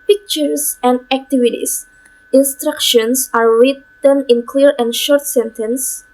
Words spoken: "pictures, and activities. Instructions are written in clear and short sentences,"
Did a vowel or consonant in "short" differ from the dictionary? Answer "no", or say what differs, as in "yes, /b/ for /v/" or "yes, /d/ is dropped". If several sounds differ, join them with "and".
no